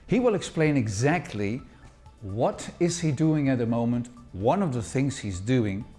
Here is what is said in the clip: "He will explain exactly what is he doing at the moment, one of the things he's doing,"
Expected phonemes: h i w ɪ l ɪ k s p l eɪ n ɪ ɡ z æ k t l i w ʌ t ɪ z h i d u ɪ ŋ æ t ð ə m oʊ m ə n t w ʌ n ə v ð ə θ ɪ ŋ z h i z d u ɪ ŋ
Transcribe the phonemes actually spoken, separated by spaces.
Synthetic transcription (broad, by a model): h i w ɪ l ɪ k s p l eɪ n ɪ ɡ z æ k t l i w ʌ t ɪ z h i d u ɪ ŋ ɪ t ð ə m oʊ m ə n t w ʌ n ə v ð ə θ ɪ ŋ z h i z d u ɪ ŋ